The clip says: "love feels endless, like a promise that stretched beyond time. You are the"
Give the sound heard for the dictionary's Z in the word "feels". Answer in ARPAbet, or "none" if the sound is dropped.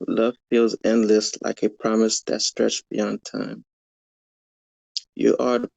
Z